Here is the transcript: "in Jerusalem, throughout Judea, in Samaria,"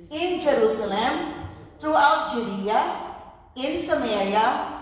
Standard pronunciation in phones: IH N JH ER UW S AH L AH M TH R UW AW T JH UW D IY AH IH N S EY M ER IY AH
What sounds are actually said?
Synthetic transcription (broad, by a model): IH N JH ER UW S AH L AH M T R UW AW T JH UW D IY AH IH N S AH M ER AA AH